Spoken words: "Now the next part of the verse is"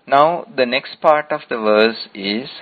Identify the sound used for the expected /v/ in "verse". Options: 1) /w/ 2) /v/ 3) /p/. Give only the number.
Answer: 2